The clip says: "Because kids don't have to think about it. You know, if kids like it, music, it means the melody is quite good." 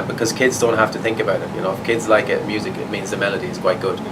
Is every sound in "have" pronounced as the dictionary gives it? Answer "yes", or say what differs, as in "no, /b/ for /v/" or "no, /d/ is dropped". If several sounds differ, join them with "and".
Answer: no, /f/ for /v/